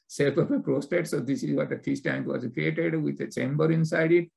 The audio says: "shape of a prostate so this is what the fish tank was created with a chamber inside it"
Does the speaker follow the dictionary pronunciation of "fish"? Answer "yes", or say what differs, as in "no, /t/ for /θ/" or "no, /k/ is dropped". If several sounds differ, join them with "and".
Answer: no, /s/ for /ʃ/